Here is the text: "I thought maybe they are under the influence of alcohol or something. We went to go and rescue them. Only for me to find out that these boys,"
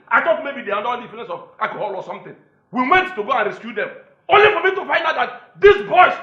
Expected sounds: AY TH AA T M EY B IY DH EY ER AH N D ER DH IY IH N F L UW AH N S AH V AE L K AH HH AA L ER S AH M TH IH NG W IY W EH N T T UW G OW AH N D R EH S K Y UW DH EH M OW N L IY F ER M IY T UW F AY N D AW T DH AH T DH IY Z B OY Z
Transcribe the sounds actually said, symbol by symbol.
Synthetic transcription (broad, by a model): AY T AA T M EY B IY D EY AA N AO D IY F UW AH N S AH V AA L K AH HH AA L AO S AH M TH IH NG W IY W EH N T T UW G OW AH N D R EH S K Y UW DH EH M OW N L IY F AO M IY T UW F AY N D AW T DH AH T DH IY S B OY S